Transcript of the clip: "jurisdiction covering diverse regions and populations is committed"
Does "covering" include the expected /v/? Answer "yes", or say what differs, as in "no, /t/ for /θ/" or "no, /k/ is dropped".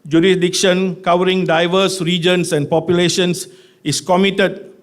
no, /w/ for /v/